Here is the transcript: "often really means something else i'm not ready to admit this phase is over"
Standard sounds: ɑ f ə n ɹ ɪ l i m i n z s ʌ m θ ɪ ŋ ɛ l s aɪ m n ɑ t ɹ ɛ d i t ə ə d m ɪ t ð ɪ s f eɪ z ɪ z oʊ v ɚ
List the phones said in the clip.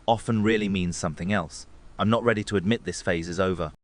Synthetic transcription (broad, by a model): ɑ f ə n ɹ ɪ l i m i n z s ʌ m θ ɪ ŋ ɛ l s aɪ m n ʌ t ɹ ɛ d i t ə ə d m ɪ t ð ɪ s f eɪ z ɪ z oʊ v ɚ